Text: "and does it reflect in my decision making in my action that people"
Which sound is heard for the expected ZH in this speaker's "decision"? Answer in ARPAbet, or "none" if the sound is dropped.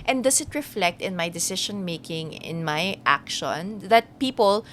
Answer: SH